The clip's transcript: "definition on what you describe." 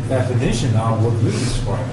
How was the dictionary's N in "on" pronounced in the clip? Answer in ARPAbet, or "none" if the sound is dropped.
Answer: L